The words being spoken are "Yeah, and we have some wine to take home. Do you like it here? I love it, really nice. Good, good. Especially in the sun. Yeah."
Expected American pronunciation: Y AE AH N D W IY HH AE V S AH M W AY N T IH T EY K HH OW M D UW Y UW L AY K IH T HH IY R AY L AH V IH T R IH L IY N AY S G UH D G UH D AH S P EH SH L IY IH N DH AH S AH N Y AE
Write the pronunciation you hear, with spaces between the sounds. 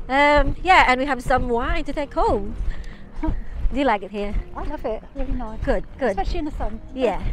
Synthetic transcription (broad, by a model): Y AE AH N W IY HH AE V S AH M W AY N T IH T EY K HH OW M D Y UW L AY K IH T HH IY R AY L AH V IH T R IH L IY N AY G UH D G UH D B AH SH IY IH N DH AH S AH N Y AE